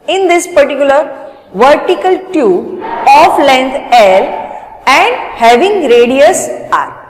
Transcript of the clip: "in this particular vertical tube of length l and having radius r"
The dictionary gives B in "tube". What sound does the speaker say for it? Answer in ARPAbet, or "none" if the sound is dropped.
none